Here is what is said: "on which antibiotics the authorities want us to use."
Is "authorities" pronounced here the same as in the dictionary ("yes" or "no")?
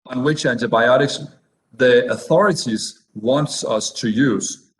yes